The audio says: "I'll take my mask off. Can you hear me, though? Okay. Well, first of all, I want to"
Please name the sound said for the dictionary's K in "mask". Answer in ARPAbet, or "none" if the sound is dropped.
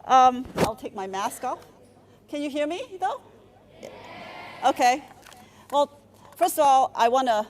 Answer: K